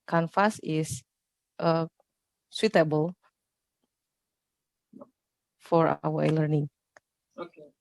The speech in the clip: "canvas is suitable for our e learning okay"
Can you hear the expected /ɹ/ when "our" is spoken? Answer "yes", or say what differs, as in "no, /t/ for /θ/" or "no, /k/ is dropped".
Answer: no, /w/ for /ɹ/